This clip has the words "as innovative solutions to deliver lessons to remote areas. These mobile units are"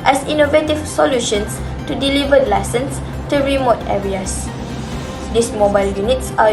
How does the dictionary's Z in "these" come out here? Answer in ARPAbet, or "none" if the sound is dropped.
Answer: S